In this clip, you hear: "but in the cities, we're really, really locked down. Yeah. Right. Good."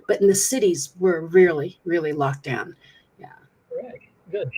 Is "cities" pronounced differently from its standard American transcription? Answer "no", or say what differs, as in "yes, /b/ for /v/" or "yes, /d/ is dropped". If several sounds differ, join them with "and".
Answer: no